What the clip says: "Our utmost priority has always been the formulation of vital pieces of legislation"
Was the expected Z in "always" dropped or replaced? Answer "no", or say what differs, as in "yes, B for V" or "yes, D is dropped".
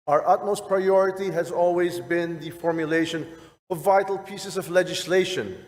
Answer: no